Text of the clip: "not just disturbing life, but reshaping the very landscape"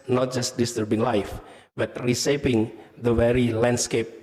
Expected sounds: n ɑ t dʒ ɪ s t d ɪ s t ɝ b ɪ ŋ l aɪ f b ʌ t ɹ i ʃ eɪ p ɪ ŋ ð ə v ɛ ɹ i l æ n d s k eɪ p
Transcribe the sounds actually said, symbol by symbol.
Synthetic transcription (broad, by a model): n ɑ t dʒ ɪ s t d ɪ s t ɝ b ɪ ŋ l aɪ f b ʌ t ɹ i s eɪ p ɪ ŋ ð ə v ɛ ɹ i l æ n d s k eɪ p